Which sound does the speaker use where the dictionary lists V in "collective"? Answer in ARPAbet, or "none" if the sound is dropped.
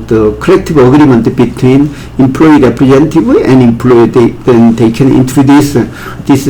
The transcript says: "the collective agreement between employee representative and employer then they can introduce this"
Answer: B